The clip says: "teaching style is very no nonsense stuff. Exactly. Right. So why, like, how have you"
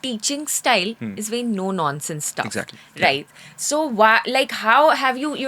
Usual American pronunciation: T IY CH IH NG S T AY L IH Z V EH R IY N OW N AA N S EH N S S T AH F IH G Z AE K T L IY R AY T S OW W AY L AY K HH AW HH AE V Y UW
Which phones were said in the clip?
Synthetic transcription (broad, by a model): T IY CH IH NG S T AY L IH Z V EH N N OW N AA N S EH N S S T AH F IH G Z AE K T IY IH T S OW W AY L AY K HH AW HH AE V Y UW